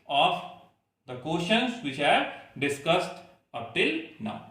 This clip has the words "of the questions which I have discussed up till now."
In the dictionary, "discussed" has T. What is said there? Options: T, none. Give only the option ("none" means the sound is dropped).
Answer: T